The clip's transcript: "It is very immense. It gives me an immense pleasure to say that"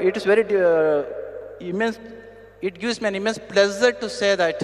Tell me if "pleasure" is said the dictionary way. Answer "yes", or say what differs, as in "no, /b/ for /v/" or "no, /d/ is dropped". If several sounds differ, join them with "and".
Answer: no, /z/ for /ʒ/